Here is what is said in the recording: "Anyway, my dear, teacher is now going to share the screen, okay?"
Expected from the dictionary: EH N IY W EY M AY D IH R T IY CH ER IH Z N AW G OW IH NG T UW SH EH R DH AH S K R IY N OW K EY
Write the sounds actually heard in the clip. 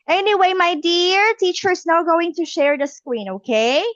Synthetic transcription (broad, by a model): EH N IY W EY M AY D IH R T IY CH ER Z N AW G OW IH NG T UW SH EH R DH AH S K W IY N OW K EY